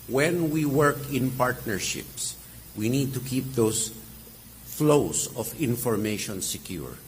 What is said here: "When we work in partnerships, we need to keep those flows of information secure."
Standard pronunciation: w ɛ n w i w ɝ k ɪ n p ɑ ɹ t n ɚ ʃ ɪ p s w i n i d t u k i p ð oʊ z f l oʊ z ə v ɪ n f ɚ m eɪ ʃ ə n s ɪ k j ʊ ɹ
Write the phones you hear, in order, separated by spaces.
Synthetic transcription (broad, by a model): w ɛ n w i w ɝ k ɪ n p ɑ ɹ t n ɚ ʃ ɪ p s w i n i d t u k i p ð oʊ s f l oʊ s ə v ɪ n f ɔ m eɪ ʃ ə n s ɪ k j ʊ ɹ